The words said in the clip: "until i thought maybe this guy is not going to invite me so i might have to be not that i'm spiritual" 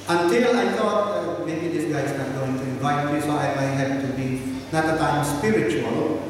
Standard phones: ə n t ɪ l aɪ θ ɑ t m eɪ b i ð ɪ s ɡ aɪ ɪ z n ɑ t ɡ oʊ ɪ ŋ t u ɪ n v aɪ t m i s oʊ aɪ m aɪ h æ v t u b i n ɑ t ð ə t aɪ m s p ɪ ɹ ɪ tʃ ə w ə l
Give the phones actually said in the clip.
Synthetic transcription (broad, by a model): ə n t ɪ l aɪ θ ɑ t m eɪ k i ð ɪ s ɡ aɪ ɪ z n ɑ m ɡ oʊ ɪ ŋ t u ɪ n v aɪ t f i s oʊ aɪ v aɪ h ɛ p t u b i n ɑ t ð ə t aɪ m s p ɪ ɹ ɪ tʃ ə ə l